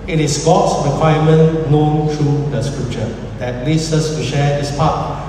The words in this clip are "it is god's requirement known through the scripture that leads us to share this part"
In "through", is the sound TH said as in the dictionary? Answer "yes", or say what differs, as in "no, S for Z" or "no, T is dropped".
no, T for TH